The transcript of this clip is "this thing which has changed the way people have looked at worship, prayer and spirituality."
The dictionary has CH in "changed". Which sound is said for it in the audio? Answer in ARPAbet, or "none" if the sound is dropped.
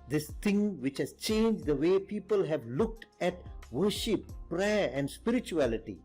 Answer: CH